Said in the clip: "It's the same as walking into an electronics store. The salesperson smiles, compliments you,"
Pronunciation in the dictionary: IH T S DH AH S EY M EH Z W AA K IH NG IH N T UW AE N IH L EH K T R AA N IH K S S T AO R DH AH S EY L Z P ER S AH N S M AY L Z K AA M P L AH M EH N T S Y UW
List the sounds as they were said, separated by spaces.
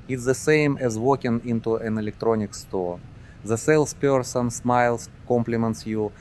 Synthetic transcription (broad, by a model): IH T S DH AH S EY M EH Z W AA K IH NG IH N T UW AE N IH L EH K T R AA N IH K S S T AO R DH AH S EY L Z P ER S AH N S M AY L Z K AA M P L AH M EH N T S Y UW